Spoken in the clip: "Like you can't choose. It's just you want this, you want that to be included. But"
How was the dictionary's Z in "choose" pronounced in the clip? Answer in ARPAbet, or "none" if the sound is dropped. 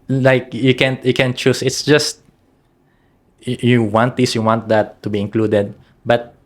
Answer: S